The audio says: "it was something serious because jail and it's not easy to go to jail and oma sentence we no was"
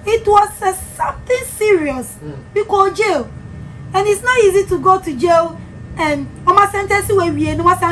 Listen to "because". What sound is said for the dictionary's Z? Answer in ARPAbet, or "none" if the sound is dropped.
none